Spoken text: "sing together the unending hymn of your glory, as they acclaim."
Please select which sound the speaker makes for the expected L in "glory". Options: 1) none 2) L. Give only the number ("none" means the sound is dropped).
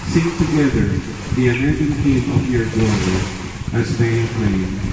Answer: 1